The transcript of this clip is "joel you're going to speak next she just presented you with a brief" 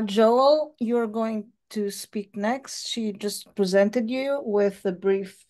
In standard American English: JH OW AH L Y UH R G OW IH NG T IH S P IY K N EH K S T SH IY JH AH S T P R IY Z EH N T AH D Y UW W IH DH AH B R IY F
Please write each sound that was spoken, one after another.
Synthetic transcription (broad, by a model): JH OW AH L Y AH R G OW IH NG T IH S P IY K N EH K S T SH IY JH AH S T P R IY Z EH N T AH D Y UW W IH DH AH B R IY F